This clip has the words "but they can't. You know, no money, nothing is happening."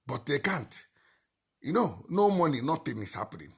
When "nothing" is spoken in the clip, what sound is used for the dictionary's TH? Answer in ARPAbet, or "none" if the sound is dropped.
T